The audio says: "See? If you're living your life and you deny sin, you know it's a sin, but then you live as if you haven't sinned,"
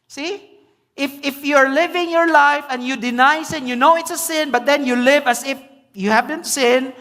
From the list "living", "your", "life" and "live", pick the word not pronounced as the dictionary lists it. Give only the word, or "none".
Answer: none